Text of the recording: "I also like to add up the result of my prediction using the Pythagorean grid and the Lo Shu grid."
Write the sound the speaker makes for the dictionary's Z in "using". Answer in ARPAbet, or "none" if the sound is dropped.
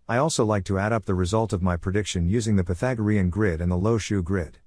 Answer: Z